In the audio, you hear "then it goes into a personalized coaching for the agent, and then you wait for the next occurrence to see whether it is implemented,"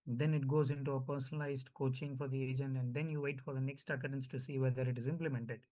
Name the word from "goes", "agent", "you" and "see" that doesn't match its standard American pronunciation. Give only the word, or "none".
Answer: none